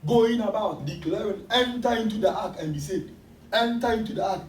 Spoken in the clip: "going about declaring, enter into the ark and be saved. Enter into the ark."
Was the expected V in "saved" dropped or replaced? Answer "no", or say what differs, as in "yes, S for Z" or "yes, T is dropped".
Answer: yes, V is dropped